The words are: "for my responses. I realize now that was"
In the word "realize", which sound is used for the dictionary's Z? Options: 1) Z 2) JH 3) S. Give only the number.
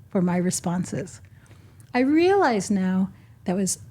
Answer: 1